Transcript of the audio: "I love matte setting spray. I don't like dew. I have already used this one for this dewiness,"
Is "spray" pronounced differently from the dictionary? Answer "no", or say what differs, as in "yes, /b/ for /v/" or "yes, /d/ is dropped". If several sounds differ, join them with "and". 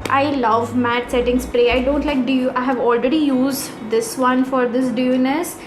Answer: no